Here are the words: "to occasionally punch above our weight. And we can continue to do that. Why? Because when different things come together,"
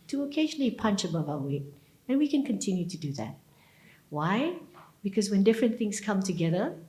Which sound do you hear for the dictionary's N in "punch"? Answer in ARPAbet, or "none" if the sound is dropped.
N